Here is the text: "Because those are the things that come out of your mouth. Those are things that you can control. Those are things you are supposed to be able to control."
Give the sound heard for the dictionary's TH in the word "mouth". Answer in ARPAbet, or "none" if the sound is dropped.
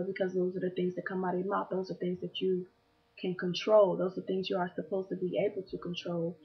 T